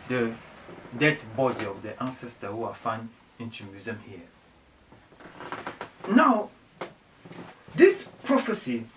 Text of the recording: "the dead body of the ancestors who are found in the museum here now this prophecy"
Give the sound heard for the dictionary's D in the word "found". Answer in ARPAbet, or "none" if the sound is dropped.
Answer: none